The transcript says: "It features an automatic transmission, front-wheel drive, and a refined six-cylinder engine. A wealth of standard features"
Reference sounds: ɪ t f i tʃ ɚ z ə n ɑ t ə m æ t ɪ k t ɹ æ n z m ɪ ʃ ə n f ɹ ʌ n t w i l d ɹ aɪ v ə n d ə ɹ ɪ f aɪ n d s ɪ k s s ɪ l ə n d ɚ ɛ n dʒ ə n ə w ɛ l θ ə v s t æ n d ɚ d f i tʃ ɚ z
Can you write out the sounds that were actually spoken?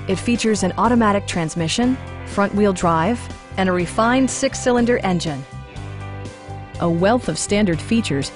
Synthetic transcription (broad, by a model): ɪ t f i tʃ ɚ z ə n ɑ t ə m æ t ɪ k t ɹ æ n z m ɪ ʃ ə n f ɹ ʌ n t w i l d ɹ aɪ v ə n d ə ɹ ɪ f aɪ n d s ɪ k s s ɪ l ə n d ɚ ɛ n dʒ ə n ə w ɛ l θ ə v s t æ n d ɚ d f i tʃ ɚ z